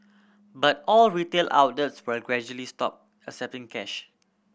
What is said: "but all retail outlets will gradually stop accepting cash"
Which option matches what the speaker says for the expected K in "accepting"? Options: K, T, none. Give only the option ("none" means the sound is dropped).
none